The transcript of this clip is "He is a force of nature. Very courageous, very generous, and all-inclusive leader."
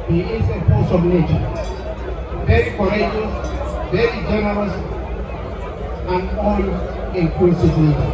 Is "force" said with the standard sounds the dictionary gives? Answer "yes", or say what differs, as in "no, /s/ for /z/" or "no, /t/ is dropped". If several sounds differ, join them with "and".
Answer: no, /p/ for /f/